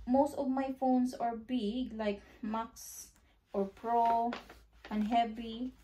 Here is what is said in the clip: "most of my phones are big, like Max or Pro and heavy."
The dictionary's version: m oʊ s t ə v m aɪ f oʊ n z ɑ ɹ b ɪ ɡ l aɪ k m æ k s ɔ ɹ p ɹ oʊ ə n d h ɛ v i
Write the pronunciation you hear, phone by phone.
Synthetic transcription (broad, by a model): m oʊ s t ə v m aɪ f oʊ n s ɑ ɹ b ɪ ɡ l aɪ k m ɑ k s ɔ ɹ p ɹ oʊ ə n h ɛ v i